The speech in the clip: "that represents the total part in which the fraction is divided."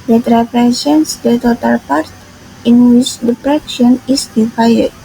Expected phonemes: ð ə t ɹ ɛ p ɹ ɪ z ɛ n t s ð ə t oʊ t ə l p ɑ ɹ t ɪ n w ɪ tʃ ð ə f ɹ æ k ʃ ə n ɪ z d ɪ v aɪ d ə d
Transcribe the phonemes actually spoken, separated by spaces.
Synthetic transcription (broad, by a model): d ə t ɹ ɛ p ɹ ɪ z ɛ n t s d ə t oʊ t ə l p ɑ ɹ t ɪ n w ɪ tʃ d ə p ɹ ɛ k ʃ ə n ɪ s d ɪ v aɪ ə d